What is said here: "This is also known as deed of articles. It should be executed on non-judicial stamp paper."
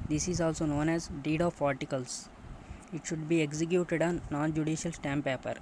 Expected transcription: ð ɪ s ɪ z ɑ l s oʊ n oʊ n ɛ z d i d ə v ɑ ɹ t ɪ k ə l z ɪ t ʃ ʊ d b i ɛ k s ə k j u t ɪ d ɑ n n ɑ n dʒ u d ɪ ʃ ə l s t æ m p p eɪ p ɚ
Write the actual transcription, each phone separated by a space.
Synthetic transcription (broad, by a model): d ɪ s ɪ z ɑ l s oʊ n oʊ n ɛ z d i d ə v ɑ ɹ t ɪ k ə l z ɪ t ʃ ʊ d b i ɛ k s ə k j u t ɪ d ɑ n n ɑ n dʒ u d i ʃ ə l s t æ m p p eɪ p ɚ